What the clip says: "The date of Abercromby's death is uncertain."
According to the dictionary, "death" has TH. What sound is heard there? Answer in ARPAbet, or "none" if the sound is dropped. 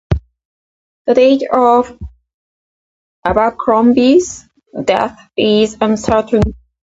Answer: TH